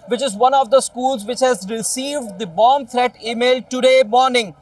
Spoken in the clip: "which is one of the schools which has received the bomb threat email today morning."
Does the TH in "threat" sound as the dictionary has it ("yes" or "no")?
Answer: no